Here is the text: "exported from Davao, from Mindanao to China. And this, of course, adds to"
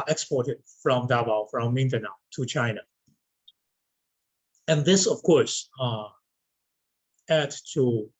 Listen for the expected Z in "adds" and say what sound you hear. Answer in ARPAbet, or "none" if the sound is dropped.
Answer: none